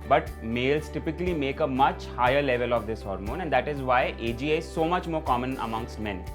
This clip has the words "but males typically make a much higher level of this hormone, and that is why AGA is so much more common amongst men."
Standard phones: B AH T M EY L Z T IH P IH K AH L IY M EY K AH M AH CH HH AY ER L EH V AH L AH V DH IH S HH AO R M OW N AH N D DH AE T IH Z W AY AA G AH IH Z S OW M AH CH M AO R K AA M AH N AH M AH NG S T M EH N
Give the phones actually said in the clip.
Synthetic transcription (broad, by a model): B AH T M EY L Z T IH P IH K AH L IY M EY K AH M AH CH HH AY ER L EH V AH L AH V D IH S HH AO R M OW N AH N D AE T IH Z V AY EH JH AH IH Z S OW M AH CH M AO R K AA M AH N AH M AH NG S T M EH N